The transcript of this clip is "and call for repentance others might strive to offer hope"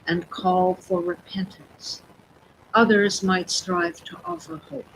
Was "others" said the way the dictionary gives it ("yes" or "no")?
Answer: yes